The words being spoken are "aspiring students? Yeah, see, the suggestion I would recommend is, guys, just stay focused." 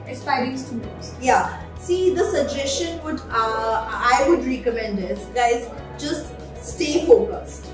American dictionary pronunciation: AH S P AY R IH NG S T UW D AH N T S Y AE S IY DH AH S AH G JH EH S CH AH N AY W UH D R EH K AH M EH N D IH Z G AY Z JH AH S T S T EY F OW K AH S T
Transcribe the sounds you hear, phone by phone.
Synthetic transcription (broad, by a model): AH S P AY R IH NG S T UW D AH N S Y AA S IY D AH S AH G JH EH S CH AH N AY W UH D R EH K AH M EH N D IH S G AY Z JH AH S T S T EY F OW K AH S T